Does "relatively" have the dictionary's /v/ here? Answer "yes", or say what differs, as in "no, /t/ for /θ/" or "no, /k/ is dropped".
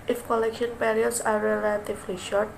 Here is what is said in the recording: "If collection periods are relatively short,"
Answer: no, /f/ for /v/